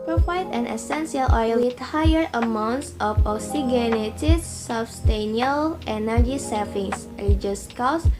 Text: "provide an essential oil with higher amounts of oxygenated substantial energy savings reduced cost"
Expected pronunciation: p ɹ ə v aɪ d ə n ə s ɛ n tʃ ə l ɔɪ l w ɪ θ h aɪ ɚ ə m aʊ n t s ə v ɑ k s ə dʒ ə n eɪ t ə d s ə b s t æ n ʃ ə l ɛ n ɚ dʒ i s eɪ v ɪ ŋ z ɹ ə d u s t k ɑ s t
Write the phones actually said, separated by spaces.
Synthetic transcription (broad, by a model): p ɹ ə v aɪ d ə n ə s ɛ n s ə l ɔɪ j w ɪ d h aɪ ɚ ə m aʊ n t s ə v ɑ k s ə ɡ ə n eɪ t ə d s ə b s t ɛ n ə l ɛ n ɚ dʒ i s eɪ f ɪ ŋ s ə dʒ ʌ s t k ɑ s